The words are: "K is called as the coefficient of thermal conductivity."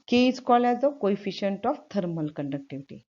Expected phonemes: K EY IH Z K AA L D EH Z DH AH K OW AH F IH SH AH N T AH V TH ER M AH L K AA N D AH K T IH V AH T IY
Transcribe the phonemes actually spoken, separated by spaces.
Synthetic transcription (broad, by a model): K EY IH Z K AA L EH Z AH K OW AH F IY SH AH N T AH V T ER M AH L K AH N D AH K T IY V T IY